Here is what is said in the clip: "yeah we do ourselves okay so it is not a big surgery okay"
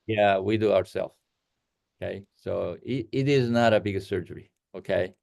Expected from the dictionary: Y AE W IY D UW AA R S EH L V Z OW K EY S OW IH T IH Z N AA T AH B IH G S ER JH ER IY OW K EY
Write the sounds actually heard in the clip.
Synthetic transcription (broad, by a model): Y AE W IY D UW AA R S EH L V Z OW K EY S OW IH T IH Z N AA T AH B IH G S ER JH ER IY OW K EY